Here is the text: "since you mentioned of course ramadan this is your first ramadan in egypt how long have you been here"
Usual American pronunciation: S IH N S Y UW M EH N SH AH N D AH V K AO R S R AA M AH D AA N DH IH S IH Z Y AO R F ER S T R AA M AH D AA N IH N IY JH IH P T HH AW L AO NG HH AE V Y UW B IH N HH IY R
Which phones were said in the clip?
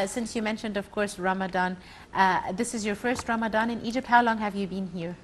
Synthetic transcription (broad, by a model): S IH N S Y UW M EH N SH AH N D AH V K AO R S R AA M AH D AA N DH IH S IH Z Y AO R F ER S T R AA M AH D AA N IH N IY JH IH P T HH AW L AO NG HH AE V Y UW B IH N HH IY R